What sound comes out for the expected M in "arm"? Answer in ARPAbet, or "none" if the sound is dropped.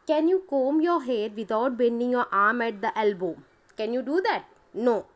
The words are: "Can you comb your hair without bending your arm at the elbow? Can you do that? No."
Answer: M